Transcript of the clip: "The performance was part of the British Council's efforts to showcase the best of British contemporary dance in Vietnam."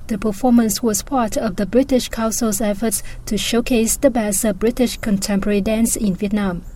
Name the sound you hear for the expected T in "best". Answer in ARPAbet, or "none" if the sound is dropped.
none